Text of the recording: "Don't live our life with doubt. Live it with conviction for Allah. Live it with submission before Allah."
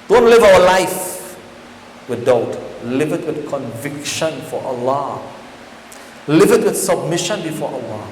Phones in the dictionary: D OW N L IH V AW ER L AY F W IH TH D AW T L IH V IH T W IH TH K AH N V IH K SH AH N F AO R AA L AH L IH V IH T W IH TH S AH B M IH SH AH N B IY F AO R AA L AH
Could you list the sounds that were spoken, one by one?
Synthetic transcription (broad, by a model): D OW N L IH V AW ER L AY F W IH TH D AW T L IH V IH T W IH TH K AH N V IH K SH AH N F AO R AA L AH L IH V IH T W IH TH S AH B M IH SH AH N B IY F AO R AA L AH